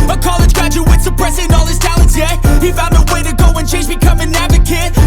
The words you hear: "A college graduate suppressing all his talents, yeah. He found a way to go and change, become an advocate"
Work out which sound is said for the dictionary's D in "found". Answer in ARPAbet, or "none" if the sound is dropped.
none